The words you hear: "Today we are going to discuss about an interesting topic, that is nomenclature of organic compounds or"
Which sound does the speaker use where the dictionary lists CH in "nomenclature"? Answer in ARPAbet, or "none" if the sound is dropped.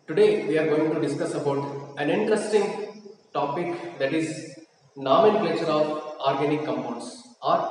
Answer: SH